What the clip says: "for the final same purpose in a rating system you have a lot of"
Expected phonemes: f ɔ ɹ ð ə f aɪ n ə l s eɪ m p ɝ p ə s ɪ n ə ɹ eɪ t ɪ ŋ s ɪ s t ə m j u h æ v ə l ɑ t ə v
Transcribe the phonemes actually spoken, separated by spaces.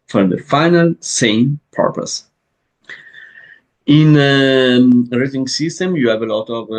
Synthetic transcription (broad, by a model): f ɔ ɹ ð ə f aɪ n ə l s eɪ m p ɝ p ə s ɪ n ə ɹ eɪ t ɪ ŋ s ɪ s t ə m j u h æ v ə l ɑ t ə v